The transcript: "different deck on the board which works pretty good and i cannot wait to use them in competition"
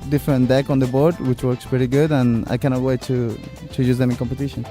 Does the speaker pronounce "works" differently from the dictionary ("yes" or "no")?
no